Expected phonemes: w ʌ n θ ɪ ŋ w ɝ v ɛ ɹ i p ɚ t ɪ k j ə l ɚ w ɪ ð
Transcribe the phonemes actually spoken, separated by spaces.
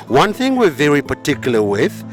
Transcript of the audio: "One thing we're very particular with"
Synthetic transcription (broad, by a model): w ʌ n θ ɪ ŋ w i v ɛ ɹ i p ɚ t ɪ k j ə l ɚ w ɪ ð